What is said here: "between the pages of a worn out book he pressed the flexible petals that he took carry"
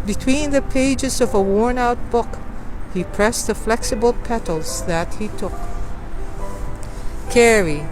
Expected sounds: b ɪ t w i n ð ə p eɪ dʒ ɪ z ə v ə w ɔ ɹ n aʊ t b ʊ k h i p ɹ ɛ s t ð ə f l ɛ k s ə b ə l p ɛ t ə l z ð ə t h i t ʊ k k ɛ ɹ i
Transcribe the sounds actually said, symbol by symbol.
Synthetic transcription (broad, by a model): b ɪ t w i n ð ə p eɪ dʒ ɪ z ə v ə w ɔ ɹ n aʊ t b ʊ k h i p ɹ ɛ s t ð ə f l ɛ k s ə b ə l p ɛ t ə l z ð ə t h i t ʊ k k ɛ ɹ i